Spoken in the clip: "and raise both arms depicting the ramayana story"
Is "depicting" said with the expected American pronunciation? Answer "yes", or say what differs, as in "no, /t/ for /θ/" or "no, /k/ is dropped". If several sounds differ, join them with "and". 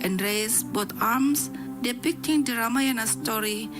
yes